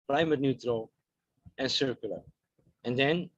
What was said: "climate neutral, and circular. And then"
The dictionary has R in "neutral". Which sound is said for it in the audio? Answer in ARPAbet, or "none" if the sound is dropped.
R